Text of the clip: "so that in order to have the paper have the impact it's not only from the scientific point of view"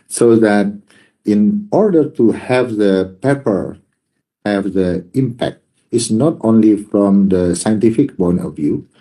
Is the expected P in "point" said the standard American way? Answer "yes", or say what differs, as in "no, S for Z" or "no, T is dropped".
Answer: no, B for P